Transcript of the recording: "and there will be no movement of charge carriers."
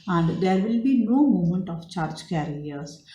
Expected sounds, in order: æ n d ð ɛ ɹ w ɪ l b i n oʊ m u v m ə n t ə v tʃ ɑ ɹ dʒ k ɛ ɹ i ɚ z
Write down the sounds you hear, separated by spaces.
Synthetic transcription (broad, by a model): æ n d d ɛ ɹ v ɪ l b i n oʊ m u m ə n t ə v tʃ ɑ ɹ dʒ k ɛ ɹ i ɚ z